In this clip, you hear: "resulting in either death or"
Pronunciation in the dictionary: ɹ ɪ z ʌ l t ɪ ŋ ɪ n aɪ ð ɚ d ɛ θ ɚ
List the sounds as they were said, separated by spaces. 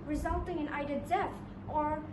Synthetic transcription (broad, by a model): ɹ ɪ z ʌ l t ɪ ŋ ɪ n aɪ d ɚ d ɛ f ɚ